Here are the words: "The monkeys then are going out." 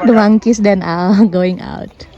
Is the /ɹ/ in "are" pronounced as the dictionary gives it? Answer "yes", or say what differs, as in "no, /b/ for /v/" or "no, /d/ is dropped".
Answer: no, /l/ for /ɹ/